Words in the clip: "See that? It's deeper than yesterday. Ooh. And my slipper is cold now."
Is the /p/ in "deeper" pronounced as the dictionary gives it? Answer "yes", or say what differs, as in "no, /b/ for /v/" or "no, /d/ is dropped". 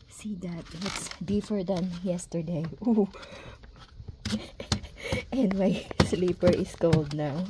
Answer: no, /f/ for /p/